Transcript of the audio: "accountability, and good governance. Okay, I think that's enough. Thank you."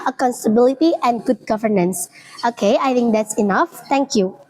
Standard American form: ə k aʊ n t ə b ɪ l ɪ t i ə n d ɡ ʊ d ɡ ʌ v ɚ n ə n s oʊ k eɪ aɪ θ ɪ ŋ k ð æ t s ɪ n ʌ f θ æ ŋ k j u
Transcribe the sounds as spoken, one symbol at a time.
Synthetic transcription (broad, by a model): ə k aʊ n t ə b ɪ l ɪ t i ə n d ɡ ʊ d ɡ ʌ v ɚ n ə n s oʊ k eɪ aɪ t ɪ ŋ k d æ t s ɪ n ʌ f t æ ŋ k j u